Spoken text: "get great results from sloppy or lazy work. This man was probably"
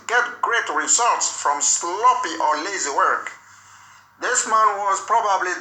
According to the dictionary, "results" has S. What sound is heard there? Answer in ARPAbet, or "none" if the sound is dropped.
S